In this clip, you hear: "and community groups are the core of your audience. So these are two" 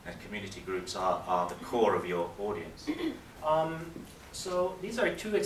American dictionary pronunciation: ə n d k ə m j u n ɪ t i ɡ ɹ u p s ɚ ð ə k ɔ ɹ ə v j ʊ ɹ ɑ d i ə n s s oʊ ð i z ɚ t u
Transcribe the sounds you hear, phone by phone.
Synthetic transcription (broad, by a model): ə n k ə m j u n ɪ t i ɡ ɹ u p s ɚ ð ə k ɔ ɹ ə v j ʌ ɹ ɑ d i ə n s s oʊ ð i z ɚ t u